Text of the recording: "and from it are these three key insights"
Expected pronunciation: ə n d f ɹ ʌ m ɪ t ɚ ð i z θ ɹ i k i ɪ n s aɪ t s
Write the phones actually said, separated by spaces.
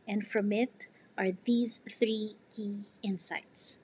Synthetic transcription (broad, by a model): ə n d f ɹ ʌ m ɪ t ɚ ð i z θ ɹ i k i ɪ n s aɪ t s